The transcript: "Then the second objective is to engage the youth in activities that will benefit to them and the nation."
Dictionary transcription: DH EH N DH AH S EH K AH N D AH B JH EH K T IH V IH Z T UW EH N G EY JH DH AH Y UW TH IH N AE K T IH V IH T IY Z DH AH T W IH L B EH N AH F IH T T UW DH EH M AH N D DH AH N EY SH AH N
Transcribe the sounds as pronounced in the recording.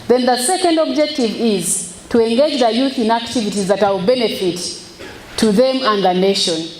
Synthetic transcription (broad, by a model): DH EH N DH AH S EH K AH N D AH B JH EH K T IH V IH Z T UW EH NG G EY JH DH AH Y UW TH IH N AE K T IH V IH T IY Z DH AH T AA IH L B EH N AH F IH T T UW DH EH M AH N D DH AH N EY SH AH N